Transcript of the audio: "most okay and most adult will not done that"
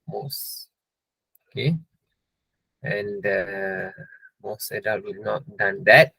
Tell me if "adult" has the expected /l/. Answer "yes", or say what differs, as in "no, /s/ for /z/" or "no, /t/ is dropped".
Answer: no, /l/ is dropped